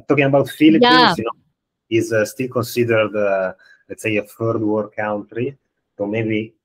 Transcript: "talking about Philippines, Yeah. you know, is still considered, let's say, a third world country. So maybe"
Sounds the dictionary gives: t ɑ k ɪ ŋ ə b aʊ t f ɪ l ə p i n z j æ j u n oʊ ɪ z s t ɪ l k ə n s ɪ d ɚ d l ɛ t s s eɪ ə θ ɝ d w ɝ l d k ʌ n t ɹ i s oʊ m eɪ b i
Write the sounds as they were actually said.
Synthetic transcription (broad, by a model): t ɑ k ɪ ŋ ə b aʊ t f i l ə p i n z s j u n oʊ ɪ z s t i l k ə n s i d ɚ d l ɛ t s s eɪ ə f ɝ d w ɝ d k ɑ n t ɹ i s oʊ m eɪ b i